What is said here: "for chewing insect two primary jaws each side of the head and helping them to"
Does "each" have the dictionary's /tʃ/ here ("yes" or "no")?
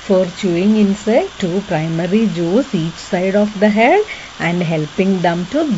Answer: yes